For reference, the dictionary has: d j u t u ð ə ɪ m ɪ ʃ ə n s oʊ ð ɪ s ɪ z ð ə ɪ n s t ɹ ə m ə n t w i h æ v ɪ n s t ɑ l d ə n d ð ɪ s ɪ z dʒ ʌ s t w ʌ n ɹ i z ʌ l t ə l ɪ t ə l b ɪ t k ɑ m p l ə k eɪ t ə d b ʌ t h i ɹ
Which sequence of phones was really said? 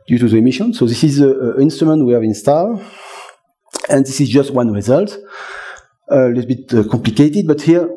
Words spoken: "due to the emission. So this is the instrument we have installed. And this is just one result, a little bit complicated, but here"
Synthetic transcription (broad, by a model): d j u t u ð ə m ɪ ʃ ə n s oʊ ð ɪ s ɪ z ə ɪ n s t ɹ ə m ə n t w i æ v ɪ n s t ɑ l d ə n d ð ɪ s ɪ z dʒ ʌ s t w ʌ n ɹ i z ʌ l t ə l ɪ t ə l b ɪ t k ɑ m p l ə k eɪ t ə d b ʌ t h i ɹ